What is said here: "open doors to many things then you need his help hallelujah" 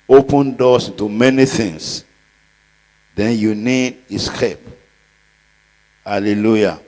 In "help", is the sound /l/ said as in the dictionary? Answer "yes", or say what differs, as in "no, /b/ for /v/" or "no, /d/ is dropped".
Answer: no, /l/ is dropped